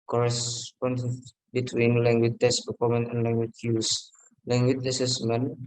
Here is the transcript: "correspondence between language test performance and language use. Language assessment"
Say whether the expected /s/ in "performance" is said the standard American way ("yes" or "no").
no